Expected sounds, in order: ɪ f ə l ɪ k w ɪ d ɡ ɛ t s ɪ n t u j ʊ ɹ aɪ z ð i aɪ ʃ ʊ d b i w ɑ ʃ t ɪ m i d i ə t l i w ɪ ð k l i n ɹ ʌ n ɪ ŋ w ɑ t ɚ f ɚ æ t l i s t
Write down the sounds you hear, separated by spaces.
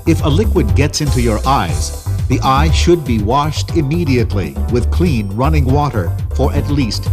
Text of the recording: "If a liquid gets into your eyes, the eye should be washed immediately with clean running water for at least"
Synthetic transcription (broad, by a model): ɪ f ə l ɪ k w ɪ d ɡ ɛ t s ɪ n t u j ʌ ɹ aɪ z ð i aɪ ʃ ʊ d b i w ɑ ʃ t ɪ m i d i ə t l i w ɪ ð k l i n ɹ ʌ n ɪ ŋ w ɑ t ɚ f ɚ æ t l i s t